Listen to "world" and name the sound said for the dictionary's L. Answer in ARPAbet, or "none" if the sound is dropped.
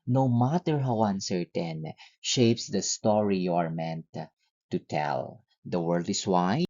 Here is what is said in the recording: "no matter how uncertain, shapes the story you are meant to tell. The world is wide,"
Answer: L